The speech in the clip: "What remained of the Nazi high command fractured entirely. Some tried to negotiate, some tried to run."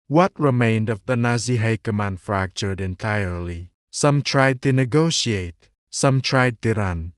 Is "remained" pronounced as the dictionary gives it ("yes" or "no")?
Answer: yes